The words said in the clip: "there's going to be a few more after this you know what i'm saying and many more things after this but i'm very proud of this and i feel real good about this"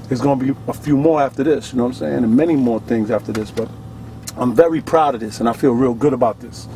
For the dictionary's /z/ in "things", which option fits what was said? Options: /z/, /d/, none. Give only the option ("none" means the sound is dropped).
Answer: /z/